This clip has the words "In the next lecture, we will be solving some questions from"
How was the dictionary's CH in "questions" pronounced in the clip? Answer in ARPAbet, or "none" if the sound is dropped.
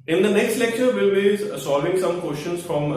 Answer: SH